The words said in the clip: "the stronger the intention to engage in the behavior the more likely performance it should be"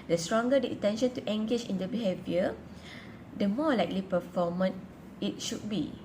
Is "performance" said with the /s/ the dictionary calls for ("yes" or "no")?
no